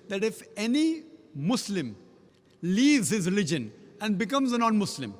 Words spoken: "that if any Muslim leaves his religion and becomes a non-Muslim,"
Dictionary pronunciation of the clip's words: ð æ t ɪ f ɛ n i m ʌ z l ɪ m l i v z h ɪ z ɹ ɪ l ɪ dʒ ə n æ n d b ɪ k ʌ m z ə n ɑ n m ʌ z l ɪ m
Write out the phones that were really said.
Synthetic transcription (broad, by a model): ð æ t ɪ f ɛ n i m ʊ s l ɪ m l i v z h ɪ z ɹ ɪ l ɪ dʒ ə n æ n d b ɪ k ʌ m z ə n ɑ n m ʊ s l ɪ m